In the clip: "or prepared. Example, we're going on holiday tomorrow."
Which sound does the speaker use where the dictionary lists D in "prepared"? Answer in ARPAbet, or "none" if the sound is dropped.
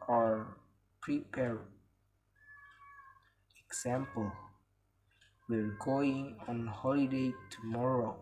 none